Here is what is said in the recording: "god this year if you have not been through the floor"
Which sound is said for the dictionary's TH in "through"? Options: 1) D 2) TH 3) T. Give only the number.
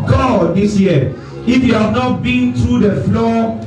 3